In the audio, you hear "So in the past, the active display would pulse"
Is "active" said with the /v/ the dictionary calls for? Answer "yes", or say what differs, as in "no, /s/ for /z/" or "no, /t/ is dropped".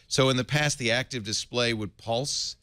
yes